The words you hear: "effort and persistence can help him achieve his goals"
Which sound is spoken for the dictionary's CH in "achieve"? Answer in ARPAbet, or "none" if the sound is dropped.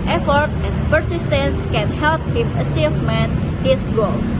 S